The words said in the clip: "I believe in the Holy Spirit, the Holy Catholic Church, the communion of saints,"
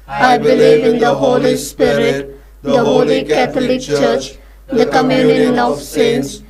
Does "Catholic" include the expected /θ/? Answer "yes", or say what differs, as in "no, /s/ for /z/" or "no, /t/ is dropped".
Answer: no, /t/ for /θ/